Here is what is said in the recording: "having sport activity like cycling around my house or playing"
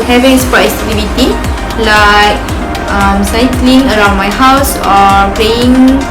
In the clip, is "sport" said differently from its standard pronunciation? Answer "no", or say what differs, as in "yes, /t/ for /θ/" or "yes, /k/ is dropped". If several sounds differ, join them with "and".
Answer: yes, /t/ is dropped